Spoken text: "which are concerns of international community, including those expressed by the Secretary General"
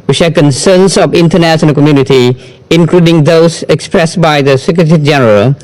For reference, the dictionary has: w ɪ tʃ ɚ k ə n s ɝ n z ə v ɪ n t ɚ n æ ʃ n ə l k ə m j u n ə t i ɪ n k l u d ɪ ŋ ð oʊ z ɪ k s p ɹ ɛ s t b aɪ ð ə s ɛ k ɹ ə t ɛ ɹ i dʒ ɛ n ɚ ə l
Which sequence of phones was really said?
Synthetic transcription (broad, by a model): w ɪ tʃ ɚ k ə n s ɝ n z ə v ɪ n t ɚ n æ s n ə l k ə m j u n ə t i ɪ n k l u d ɪ ŋ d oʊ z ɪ k s p ɹ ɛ s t b aɪ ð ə s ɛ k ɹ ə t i dʒ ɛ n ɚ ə l